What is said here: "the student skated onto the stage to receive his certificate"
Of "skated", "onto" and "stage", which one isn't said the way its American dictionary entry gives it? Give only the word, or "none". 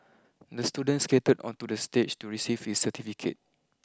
stage